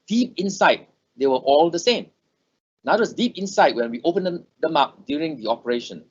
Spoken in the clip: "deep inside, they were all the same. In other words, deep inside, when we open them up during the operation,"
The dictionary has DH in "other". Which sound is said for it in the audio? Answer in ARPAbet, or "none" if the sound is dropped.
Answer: none